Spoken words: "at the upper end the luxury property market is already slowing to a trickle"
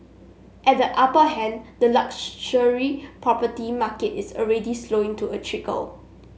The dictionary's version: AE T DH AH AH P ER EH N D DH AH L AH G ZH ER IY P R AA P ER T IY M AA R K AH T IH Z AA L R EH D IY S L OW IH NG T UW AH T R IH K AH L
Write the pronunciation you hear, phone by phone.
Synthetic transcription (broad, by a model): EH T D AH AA P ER EH N D AH L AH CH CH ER IY P R AA P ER T IY M AA K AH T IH S AA L R EH D IY S L OW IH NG T UW AH T R IH K AH L